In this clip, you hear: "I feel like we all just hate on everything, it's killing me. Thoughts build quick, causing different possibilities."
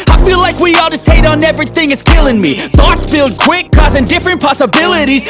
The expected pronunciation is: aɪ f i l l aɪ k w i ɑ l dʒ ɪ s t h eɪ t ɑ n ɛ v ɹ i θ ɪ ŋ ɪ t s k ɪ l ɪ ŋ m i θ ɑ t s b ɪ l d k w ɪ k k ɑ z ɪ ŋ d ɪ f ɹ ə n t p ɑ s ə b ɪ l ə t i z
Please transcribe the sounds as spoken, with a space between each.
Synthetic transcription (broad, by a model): aɪ f i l l aɪ k w i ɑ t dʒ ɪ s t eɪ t n ɛ v ɹ i θ ɪ ŋ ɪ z k ɪ l ɪ ŋ m i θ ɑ t s b ɪ l d k w ɪ k k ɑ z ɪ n d ɪ f ɹ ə n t p ɑ s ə b ɪ l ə t i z